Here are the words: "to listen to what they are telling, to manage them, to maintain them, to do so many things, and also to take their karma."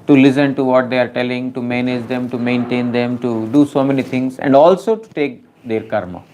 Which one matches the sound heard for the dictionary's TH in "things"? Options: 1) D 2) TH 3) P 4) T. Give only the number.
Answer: 4